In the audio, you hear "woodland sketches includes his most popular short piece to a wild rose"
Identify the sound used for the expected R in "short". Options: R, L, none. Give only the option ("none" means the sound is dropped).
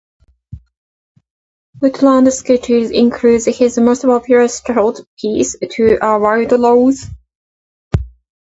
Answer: L